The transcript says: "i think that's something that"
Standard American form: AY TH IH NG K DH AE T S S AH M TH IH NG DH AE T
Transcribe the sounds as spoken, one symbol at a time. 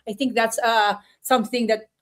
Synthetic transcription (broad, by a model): AY T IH NG K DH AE T S S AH M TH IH NG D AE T